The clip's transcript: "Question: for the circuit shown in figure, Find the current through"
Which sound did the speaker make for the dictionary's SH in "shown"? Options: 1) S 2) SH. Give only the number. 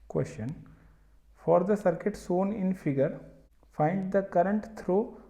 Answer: 1